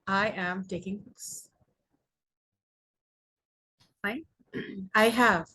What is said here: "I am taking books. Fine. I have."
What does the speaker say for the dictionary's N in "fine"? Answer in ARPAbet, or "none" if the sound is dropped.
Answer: none